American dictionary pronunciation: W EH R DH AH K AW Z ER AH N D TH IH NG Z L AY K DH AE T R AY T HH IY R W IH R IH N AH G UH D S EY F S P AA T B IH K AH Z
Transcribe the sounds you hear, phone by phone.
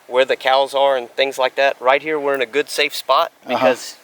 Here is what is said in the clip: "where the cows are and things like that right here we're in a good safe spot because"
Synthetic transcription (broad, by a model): W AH R DH AH K AW Z ER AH N TH IH NG Z L AY K DH AE T R AY T HH IY R W IH R IH N AH G UH D S EY F S P AA T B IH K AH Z